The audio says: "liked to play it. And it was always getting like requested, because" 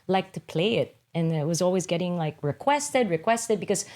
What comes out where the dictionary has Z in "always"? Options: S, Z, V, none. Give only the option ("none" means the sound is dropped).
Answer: Z